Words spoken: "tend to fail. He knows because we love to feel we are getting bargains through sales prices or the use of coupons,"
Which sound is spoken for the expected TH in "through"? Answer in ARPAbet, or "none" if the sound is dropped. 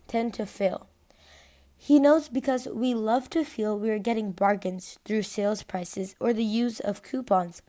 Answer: TH